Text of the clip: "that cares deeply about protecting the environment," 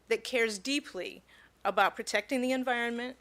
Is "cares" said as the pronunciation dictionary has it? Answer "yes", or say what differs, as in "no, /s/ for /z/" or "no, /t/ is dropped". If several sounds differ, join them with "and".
yes